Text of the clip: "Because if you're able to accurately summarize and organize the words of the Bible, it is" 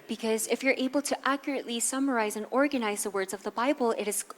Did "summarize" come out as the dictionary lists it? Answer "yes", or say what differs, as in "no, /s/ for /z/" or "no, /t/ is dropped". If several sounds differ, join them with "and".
yes